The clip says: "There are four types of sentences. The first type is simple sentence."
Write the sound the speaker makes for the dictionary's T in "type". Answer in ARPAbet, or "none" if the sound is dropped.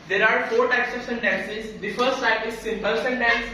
S